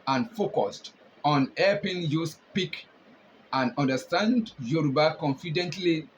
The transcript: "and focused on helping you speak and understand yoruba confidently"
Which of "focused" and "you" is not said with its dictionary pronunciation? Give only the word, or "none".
none